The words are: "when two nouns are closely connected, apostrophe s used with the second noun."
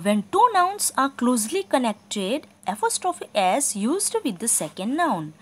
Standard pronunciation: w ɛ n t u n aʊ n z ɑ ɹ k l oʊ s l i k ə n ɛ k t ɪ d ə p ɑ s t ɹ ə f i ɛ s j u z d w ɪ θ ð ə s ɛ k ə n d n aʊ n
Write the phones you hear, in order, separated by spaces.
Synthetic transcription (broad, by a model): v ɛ n t u n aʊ n s ɑ ɹ k l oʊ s l i k ə n ɛ k t ɪ d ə f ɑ s t ɹ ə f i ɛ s j u z d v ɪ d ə s ɛ k ə n d n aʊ n